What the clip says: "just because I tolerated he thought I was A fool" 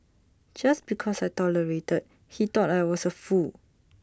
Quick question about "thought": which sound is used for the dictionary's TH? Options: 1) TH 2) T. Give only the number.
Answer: 2